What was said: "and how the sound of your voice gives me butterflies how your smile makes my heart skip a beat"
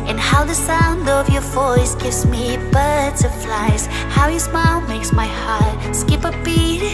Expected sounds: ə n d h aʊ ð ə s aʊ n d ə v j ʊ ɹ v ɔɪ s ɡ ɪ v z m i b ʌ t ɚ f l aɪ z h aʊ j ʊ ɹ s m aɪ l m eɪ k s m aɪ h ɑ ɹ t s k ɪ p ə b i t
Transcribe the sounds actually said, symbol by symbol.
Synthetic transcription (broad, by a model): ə n h aʊ ð ə s aʊ n d ə v j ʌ ɹ v ɔɪ s ɡ ɪ v z m i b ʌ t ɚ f l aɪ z h aʊ j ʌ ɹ s m aɪ l m eɪ k s m aɪ h ɑ ɹ t s k ɪ p ə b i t